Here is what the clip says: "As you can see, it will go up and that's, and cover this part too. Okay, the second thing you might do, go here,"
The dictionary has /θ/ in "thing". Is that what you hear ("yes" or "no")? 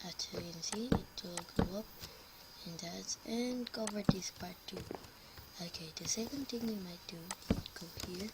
no